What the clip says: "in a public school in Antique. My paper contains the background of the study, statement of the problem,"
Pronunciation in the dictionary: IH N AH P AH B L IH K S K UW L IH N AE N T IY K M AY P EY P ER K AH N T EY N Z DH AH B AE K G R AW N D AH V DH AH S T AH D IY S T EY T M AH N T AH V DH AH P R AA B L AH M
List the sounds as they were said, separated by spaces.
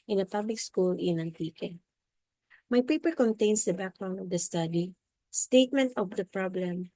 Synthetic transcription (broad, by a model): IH N AH P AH B L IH K S K UW L IH N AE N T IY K M AY P EY P ER K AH N T EY N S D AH B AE K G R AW N AH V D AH S T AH D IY S T EY T M AH N T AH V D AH P R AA B L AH M